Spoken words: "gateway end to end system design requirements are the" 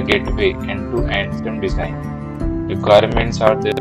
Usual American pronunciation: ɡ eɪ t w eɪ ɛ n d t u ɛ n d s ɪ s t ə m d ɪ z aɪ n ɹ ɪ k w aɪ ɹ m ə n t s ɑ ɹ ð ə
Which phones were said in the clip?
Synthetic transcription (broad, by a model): ɡ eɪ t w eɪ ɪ n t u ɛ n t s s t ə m d ɪ z aɪ n ɹ ɪ k w aɪ ɹ m ə n t s ɑ ɹ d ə